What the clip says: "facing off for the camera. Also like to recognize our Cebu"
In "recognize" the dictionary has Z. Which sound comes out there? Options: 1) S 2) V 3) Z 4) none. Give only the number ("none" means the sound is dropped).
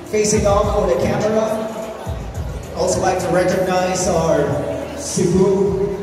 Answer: 3